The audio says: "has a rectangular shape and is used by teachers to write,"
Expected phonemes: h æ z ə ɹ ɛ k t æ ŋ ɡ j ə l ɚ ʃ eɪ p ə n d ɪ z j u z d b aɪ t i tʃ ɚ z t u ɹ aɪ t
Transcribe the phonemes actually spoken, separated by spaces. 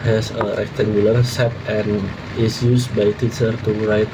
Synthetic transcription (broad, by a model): h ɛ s ə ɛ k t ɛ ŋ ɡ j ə l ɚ s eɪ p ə n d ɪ s j u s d b aɪ t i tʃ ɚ t u ɹ aɪ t